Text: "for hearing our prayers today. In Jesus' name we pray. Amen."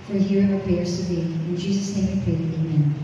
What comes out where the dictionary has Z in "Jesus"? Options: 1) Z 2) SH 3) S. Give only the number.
1